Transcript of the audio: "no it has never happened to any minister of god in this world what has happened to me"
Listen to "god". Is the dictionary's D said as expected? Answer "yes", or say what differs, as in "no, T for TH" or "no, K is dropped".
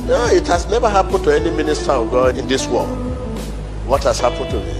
no, D is dropped